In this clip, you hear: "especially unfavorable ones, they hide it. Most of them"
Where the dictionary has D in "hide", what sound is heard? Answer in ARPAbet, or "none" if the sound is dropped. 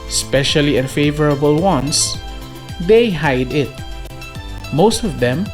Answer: D